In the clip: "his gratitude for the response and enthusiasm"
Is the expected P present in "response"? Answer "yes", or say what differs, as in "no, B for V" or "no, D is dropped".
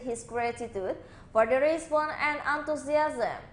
no, B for P